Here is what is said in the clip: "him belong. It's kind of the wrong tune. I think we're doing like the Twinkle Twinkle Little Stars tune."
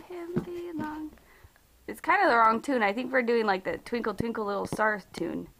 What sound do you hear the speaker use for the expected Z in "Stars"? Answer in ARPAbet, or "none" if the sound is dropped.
none